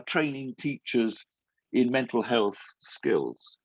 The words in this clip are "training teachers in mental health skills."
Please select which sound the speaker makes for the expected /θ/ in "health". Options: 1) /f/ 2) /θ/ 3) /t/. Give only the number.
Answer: 2